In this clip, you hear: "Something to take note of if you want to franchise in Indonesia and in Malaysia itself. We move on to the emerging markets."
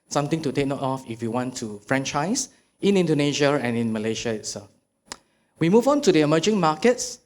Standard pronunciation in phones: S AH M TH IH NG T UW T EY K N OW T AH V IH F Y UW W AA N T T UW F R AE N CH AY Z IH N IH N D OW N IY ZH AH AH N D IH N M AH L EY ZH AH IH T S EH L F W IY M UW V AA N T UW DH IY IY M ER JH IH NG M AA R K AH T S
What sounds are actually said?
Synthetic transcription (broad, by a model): S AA M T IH NG T UW T EY K N OW T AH F IH F Y UW W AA N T T UW F R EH N CH AY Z IH N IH N D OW N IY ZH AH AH N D IH N M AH L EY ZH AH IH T S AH F W IY M UW V AA N T UW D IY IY M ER JH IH NG M AA K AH T S